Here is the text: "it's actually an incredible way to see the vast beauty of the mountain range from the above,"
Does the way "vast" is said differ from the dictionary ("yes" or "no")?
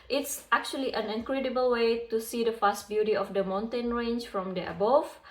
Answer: yes